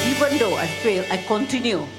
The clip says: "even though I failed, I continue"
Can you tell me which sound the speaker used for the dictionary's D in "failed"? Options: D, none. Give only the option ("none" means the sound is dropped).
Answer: none